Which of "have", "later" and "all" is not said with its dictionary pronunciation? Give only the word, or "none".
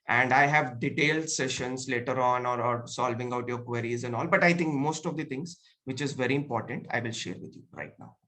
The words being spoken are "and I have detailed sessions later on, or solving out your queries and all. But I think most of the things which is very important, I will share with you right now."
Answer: none